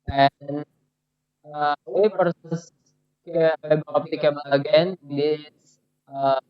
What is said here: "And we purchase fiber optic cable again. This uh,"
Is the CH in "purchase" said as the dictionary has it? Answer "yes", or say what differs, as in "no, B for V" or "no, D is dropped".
no, S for CH